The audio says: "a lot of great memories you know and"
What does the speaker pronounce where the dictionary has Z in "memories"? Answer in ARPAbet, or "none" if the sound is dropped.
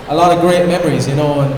Z